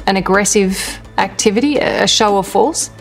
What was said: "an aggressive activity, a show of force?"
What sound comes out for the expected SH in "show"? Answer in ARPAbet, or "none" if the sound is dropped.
SH